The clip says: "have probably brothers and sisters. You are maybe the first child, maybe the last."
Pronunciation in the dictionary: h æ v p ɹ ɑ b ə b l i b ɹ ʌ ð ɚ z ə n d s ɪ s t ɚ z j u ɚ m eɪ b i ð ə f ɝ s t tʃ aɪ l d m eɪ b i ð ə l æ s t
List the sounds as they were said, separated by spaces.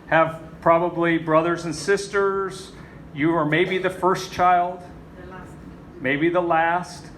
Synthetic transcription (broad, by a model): h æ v p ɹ ɑ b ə b l i b ɹ ʌ ð ɚ z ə n s ɪ s t ɚ z j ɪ ɚ m eɪ b i ð ə f ɝ s tʃ aɪ l d m eɪ b i ð ə l æ s t